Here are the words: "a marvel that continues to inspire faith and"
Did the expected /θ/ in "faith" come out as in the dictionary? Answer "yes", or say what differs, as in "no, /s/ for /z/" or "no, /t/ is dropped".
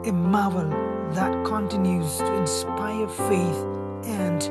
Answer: yes